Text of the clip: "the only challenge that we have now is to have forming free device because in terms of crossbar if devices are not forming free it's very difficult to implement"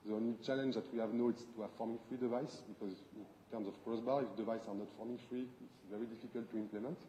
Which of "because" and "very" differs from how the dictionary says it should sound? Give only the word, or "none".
none